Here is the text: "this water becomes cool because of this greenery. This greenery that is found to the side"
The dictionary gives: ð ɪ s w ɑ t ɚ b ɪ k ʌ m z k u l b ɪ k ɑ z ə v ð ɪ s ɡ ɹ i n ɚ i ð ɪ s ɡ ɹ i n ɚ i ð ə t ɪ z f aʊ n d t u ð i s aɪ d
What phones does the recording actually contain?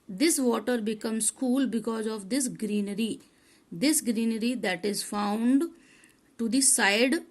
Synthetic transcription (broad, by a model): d ɪ s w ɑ t ɚ b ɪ k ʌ m s k u l b ɪ k ɑ z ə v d ɪ s ɡ ɹ i n ɚ i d ɪ s ɡ ɹ i n ɚ i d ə t ɪ z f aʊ n d t u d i s aɪ d